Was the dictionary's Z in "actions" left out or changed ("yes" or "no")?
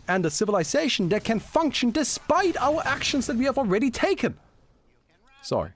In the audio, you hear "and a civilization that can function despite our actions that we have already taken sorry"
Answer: no